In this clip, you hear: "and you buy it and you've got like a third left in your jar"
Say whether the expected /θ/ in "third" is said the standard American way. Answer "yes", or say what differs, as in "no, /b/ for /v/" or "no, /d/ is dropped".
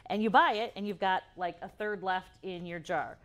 yes